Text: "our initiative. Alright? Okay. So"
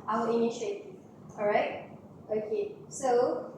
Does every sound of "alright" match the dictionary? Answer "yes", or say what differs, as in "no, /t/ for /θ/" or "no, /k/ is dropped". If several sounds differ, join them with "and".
no, /l/ is dropped